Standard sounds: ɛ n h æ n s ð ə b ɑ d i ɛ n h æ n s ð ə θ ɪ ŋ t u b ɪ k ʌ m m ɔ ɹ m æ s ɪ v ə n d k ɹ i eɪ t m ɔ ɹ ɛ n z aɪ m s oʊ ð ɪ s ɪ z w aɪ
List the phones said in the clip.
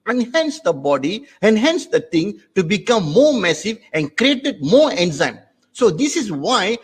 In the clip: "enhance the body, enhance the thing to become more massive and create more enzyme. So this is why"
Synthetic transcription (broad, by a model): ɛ n h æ n s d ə b ɑ d i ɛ n h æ n s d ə t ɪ ŋ t u b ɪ k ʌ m m ɔ ɹ m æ s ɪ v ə n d k ɹ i eɪ t m ɔ ɹ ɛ n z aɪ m s oʊ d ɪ s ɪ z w aɪ